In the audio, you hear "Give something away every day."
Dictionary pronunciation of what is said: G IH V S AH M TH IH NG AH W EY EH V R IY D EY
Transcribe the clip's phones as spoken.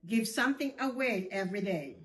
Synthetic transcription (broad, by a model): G IH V S AH M TH IH NG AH W EY EH V R IY D EY